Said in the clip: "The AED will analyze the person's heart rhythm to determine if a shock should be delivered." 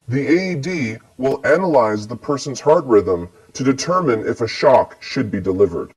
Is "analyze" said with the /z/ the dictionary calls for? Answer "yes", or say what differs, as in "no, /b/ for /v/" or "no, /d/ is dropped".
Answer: yes